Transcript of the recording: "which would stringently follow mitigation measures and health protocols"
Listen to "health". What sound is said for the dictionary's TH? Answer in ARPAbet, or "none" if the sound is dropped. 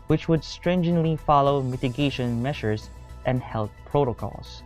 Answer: T